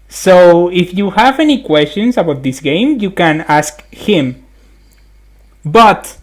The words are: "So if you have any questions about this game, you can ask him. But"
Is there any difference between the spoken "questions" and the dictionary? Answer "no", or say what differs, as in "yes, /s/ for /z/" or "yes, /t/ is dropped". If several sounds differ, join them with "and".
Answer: yes, /s/ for /z/